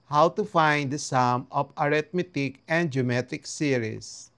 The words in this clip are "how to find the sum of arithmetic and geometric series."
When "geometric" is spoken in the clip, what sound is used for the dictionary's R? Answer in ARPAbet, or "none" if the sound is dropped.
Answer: none